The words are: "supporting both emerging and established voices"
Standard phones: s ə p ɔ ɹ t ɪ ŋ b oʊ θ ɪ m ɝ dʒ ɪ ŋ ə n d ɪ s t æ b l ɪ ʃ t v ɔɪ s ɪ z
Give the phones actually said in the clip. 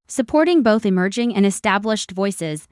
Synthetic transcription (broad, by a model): s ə p ɔ ɹ t ɪ ŋ b oʊ θ ɪ m ɝ dʒ ɪ ŋ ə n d ɪ s t æ b l ɪ ʃ t v ɔɪ s ɪ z